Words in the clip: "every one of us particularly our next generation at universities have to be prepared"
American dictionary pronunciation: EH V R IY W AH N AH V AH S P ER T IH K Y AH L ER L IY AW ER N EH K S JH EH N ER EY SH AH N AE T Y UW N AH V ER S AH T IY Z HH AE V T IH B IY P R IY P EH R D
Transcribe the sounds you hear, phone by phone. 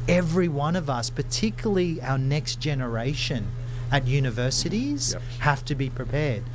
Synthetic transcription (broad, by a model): EH V R IY W AH N AH V AH S P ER T IH K Y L L IY AW ER N EH K S JH EH N ER EY SH AH N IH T Y UW N AH V ER S AH T IY Z HH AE F T IH B IY P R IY P EH R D